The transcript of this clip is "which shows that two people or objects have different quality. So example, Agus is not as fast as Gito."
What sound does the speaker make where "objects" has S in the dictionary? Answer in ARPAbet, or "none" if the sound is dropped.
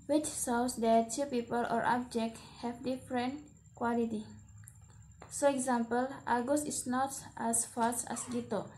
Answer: none